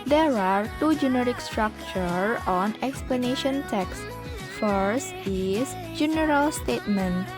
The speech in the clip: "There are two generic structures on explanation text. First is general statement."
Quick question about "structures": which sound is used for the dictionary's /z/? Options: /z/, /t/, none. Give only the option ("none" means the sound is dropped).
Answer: none